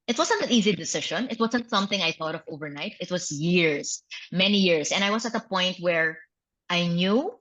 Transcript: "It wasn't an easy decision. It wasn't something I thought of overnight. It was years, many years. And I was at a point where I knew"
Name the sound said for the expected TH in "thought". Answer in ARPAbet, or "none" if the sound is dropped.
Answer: TH